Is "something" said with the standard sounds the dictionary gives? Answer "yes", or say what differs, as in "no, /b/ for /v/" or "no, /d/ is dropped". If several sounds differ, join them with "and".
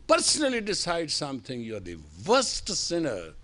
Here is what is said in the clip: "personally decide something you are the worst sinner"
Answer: no, /t/ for /θ/